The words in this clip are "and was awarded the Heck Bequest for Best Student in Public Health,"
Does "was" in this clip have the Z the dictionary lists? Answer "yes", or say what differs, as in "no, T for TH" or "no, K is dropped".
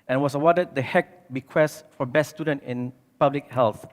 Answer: no, S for Z